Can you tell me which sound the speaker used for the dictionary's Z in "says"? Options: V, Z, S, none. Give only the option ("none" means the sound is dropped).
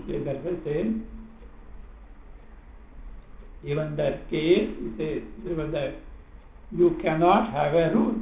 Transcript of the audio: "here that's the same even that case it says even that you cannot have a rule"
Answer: none